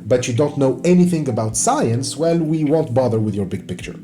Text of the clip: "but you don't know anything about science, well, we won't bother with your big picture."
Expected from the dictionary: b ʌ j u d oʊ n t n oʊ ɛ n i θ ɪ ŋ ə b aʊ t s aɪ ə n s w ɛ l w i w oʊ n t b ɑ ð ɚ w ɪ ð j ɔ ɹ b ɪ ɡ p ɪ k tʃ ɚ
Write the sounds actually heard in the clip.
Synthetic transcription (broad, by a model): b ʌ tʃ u d oʊ n t n oʊ ɛ n i θ ɪ ŋ ə b aʊ t s aɪ ə n s w ɛ l w i w oʊ n t b ɑ ð ɚ w ɪ ð j ɔ ɹ b ɪ ɡ p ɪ k tʃ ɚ